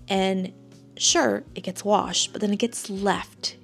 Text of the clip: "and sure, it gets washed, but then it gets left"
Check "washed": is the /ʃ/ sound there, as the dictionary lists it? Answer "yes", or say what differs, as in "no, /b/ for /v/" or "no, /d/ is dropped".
yes